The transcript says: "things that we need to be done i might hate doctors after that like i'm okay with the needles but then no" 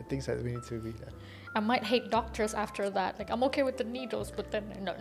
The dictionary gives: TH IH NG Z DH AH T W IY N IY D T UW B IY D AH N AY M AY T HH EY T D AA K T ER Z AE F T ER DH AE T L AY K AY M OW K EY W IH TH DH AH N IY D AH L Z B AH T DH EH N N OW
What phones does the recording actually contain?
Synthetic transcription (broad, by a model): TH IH NG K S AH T W IY N IY D T UW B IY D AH AY M AY T HH EY T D AA K T ER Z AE F T ER DH AE T L AY K AY M OW K EY W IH DH AH N IY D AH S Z B AH T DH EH N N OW